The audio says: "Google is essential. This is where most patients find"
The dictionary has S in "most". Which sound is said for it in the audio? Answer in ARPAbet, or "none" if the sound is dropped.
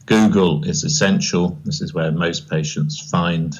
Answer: S